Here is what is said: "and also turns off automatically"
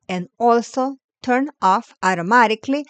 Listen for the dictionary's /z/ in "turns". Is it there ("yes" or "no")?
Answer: no